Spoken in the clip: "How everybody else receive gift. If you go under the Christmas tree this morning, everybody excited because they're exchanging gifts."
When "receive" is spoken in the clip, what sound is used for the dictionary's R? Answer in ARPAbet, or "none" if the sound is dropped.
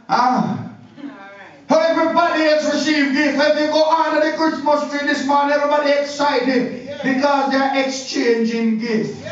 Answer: R